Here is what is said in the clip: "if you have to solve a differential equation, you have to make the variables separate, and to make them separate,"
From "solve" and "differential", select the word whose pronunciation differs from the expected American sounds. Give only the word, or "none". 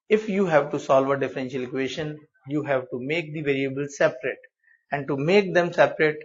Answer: none